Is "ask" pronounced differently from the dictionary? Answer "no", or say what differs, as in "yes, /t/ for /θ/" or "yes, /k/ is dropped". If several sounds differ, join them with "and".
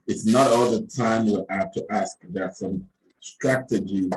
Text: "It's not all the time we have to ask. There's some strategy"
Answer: no